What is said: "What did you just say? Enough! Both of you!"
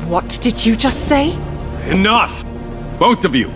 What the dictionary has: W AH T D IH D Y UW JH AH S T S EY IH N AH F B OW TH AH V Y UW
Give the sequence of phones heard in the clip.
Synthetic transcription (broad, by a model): W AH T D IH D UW JH AH S T S EY IH N AH F B OW TH AH V Y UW